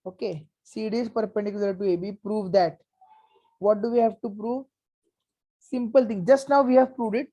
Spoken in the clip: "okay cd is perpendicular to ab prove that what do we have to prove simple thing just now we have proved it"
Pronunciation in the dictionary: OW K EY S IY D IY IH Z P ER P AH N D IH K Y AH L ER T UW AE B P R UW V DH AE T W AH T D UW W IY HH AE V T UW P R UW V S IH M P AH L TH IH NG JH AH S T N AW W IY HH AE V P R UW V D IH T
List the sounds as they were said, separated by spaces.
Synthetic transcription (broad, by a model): OW K EY S IY D IY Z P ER P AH N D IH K Y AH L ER T UW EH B P R UW V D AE T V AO T D UW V IY HH AE V T UW P R UW V S IH M P AH L T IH NG JH AH S T N AW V IY HH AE V P R UW V D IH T